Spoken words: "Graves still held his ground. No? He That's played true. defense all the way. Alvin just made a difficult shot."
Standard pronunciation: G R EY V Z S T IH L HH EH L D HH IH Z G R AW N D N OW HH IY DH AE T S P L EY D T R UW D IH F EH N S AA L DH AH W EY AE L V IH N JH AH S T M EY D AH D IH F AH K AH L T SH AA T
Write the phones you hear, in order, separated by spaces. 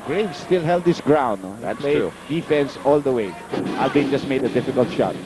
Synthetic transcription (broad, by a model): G R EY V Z S T IH L HH EH L D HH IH S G R AW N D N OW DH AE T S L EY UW D IH F EH N S AA L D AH W EY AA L B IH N JH AH S T M EY D AH D IH F AH K AH L T SH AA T